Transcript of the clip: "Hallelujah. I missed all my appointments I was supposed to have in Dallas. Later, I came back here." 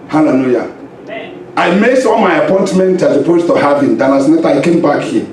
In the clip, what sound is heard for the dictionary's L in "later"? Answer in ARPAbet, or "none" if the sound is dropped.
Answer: N